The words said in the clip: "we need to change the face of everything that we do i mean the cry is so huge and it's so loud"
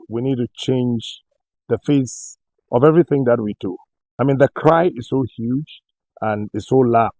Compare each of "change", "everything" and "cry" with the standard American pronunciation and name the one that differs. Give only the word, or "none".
none